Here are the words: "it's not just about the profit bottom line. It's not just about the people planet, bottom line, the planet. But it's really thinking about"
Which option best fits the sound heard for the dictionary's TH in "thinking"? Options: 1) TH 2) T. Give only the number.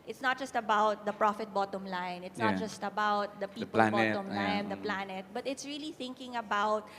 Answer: 1